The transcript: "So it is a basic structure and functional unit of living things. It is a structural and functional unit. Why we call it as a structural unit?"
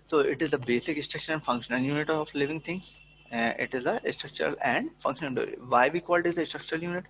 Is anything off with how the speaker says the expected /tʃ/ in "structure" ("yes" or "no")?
yes